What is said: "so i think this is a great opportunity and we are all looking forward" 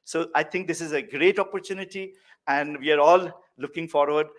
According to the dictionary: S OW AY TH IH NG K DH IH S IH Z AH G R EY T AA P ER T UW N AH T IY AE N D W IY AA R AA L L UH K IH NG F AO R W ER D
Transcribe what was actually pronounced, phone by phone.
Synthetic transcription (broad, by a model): S OW AY T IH NG K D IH S IH Z AH G R EY T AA P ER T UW N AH T IY AE N D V IY AA R AA L L UH K IH NG F AO R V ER D